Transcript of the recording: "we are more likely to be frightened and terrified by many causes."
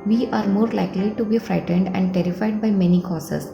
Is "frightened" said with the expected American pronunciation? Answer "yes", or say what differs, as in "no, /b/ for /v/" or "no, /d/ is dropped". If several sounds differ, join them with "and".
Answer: yes